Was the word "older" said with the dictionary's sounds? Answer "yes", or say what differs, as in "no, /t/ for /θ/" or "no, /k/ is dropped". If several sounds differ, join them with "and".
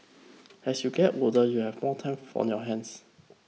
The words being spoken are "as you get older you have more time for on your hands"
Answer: no, /l/ is dropped